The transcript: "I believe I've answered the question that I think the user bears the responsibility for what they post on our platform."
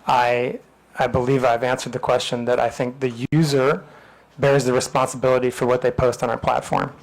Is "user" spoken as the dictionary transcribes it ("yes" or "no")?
yes